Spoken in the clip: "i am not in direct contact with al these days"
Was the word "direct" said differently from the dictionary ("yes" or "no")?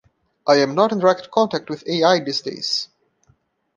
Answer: no